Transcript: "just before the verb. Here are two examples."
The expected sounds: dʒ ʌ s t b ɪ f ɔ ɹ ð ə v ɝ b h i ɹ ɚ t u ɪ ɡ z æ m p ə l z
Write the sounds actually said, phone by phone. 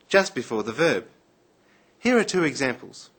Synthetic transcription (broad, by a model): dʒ ʌ s t b ɪ f ɔ ɹ ð ə v ɝ b h i ɹ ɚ t u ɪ ɡ z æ m p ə l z